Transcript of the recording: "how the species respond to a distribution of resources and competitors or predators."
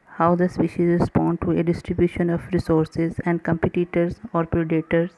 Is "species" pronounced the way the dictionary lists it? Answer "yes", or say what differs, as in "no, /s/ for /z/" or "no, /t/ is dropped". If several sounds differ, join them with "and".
yes